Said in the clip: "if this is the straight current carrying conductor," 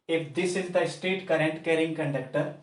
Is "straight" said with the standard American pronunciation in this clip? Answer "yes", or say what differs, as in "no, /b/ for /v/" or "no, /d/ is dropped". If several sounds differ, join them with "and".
no, /ɹ/ is dropped